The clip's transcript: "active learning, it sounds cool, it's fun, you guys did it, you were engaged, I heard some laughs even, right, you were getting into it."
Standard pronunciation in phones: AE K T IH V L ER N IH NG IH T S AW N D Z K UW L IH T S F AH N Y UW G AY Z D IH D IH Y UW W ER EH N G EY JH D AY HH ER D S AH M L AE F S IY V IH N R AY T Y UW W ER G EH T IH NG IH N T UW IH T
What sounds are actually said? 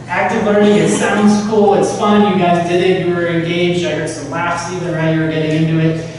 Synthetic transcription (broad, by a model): AE K T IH V L ER N IH NG IH T S AW N D Z K UW L IH T S F AH N Y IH G AY Z D IH D IH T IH W ER EH N G EY JH D AY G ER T S AH M L AE F S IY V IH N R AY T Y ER G EH T IH NG IH N T UW IH T